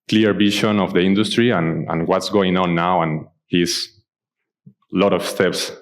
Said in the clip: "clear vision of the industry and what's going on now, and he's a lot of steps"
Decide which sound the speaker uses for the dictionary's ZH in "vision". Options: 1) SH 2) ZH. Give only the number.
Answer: 1